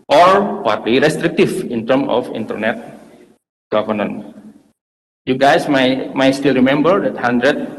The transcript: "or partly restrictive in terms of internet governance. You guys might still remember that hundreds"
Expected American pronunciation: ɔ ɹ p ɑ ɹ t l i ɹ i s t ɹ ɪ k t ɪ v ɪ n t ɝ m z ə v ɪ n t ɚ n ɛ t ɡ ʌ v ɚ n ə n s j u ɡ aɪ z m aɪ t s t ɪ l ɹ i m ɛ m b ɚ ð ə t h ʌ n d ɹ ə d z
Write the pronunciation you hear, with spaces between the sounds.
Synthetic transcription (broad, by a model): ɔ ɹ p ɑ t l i ɹ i s t ɹ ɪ k t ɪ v ɪ n t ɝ m ə f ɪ n t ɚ n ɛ t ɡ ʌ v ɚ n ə n j u ɡ aɪ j m aɪ t s t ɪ l ɹ i m ɛ m b ɚ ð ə t h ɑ n d ɹ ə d